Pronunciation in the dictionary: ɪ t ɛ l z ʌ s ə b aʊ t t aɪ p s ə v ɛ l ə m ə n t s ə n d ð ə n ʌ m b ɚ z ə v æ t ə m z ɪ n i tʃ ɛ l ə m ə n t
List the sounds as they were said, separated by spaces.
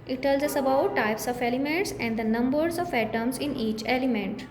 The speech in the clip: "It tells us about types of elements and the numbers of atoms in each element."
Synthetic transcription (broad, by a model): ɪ t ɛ l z ʌ s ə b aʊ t t aɪ p s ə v ɛ l ə m ə n t s ə n d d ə n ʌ m b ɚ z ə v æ t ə m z ɪ n i tʃ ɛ l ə m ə n t